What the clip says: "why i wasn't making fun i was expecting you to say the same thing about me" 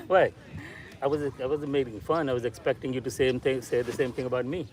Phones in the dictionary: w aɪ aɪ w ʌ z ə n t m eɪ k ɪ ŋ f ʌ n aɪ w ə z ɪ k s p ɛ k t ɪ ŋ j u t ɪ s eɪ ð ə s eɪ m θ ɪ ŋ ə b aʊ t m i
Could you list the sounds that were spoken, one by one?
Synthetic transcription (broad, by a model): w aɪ aɪ w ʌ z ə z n m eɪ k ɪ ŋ f ʌ n aɪ w ə z ɪ k s p ɛ k t ɪ ŋ j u t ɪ s eɪ ð ə s eɪ m θ ɪ ŋ ə b aʊ t m i